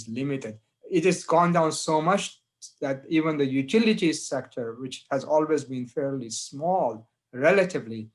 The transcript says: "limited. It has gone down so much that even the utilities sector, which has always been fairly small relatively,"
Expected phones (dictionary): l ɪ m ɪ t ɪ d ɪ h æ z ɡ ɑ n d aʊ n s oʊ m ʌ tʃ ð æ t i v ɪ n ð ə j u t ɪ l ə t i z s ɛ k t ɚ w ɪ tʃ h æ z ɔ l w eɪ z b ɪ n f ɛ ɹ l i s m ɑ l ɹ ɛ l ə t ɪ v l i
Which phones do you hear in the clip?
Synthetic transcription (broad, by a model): l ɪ m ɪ t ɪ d ɪ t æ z ɡ ɑ n d aʊ n s oʊ m ʌ tʃ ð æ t i v ɪ n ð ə j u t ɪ l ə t i s ɛ k t ɚ w ɪ tʃ h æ z ɔ l w eɪ z b ɪ n f ɛ ɹ l i s m ɑ l ɹ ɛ l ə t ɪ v l i